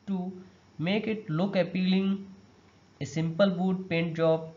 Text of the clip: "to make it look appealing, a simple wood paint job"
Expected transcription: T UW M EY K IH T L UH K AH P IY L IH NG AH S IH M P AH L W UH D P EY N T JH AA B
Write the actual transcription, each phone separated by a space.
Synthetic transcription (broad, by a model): T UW M EY K IH T L UH K AH P IY L IH NG AH S IH M P AH L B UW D P EY N T JH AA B